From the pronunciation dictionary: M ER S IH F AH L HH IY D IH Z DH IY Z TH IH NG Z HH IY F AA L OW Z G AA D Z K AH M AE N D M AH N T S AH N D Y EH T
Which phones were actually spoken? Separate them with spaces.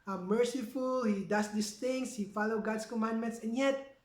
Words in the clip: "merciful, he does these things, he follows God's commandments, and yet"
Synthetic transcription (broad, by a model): M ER S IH F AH L HH IY D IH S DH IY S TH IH NG S HH IY F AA L OW G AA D S K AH M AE N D M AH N T S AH N Y EH T